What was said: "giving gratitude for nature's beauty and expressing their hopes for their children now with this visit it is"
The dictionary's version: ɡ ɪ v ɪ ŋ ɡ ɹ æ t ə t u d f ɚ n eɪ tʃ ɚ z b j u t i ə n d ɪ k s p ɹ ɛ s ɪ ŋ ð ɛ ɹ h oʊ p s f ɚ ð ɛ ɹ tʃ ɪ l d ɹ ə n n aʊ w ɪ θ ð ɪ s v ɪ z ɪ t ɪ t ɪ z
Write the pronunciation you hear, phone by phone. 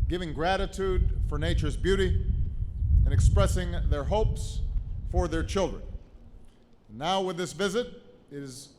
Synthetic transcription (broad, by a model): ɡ ɪ v ɪ ŋ ɡ ɹ æ t ə t u d f ɚ n eɪ tʃ ɚ z b j u t i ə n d ɪ k s p ɹ ɛ s ɪ ŋ ð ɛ ɹ h oʊ p s f ɚ ð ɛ ɹ tʃ ɪ l d ɹ ə n n aʊ w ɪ ð ɪ s v ɪ z ɪ t ɪ t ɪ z